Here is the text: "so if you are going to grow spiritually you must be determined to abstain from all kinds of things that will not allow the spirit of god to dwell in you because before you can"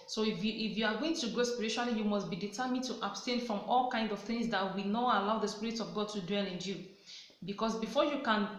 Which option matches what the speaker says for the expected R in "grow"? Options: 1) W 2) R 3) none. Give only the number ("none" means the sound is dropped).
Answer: 3